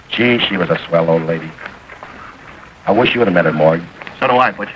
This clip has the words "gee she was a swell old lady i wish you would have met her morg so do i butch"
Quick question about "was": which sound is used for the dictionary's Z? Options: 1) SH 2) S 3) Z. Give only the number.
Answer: 3